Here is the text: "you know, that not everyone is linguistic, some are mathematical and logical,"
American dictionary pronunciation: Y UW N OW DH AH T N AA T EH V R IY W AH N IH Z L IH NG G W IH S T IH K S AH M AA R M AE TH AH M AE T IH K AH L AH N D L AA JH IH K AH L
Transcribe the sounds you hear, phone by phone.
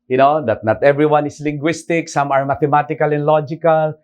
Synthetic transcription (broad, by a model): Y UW N OW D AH T N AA T EH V R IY W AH N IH S L IH NG G W IH S T IH K S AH M AA R M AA T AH M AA T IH K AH L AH N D L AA JH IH K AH L